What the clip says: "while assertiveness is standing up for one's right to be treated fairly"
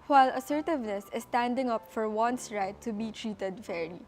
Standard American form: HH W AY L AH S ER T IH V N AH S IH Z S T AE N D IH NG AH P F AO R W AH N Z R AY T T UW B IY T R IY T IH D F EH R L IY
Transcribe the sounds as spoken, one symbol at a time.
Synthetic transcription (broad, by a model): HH W AY L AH S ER T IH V N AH S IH S T AE N D IH NG AH P F AO R W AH N S R AY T T UW B IY T R IY T IH D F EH R L IY